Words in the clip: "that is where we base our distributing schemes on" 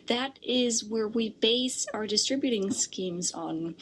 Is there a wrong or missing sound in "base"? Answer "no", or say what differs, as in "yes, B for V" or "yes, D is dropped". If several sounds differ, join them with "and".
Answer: no